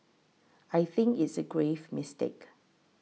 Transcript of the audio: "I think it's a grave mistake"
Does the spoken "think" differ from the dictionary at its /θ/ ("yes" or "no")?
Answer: no